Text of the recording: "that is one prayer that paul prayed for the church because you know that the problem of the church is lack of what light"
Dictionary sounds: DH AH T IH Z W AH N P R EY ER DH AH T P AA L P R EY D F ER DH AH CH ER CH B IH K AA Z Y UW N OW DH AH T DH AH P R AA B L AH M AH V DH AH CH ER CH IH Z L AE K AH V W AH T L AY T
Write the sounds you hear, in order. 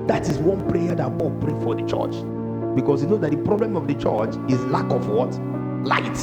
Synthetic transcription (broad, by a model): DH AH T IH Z W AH N P R EY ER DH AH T B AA P R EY F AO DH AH CH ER CH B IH K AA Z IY N OW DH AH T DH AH P R AA B L AH M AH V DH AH CH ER CH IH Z L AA K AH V W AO T L AY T